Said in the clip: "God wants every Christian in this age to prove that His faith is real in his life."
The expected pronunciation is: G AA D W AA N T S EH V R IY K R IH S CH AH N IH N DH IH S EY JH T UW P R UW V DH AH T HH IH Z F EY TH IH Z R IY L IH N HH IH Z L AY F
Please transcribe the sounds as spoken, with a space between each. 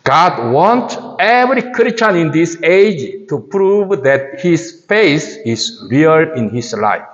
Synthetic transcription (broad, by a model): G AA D W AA N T EH V R IY K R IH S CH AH N IH N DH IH S EY JH T UW P R UW V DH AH T HH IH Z F EY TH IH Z R IY L IH N HH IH S L AY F